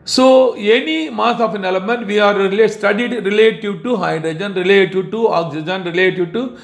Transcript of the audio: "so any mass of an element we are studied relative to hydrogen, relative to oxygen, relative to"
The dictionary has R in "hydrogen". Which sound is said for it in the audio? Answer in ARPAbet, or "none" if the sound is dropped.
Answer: R